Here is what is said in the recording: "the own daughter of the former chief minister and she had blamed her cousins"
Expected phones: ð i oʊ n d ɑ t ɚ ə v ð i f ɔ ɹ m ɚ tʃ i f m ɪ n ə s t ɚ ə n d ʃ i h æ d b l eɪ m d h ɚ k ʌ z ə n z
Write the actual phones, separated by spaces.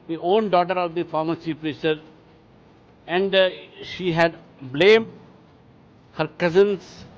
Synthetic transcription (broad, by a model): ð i oʊ n d ɑ t ɚ ə v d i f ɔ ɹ m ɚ s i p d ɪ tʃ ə t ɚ ə n d ʃ i h æ d b l eɪ m d h ɚ k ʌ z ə n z